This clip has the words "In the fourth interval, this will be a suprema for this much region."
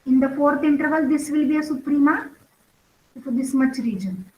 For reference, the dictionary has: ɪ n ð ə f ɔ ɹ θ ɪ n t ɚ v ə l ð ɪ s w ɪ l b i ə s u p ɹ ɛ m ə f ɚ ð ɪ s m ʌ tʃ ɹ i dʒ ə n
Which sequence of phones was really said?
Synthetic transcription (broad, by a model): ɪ n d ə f ɔ ɹ t ɪ n t ɚ v ə l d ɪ s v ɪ l b i ə s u p ɹ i m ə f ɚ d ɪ s m ʌ tʃ ɹ i dʒ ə n